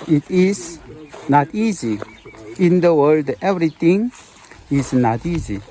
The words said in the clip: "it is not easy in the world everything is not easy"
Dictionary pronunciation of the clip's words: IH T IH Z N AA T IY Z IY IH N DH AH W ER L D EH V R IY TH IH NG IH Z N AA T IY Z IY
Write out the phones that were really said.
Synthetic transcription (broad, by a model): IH T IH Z N AA T IY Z IY IH N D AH W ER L D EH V R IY T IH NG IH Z N AA T IY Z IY